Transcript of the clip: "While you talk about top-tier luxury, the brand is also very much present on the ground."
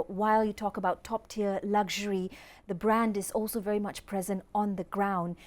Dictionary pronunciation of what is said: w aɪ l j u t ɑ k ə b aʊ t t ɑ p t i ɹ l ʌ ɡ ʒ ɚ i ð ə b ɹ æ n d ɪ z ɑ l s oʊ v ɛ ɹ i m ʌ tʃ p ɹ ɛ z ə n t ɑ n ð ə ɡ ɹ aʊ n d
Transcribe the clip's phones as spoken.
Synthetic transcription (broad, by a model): w aɪ l j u t ɑ k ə b aʊ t t ɑ p t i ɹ l ʌ ɡ ʒ ɚ i ð ə b ɹ æ n d ɪ z ɑ l s oʊ v ɛ ɹ i m ʌ tʃ p ɹ ɛ z ə n t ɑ n ð ə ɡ ɹ aʊ n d